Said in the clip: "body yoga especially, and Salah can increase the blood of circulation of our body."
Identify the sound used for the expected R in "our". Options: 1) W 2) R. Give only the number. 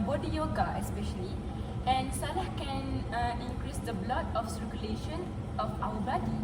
1